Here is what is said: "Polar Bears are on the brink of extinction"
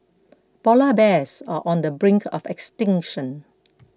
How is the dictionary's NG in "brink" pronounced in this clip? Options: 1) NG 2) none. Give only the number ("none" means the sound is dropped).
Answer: 1